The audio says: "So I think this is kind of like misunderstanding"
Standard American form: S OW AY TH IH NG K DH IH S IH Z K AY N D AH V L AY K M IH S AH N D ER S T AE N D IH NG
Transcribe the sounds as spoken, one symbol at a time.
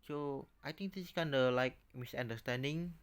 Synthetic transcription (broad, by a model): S OW AY T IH NG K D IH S K AY N D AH L AY K M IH S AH N D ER S T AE N D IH NG